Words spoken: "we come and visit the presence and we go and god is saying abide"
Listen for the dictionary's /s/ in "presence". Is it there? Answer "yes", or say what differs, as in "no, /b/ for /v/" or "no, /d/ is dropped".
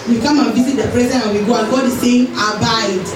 no, /s/ is dropped